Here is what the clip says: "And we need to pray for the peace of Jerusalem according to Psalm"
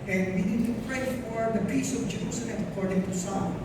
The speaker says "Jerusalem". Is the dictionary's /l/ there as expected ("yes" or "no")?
no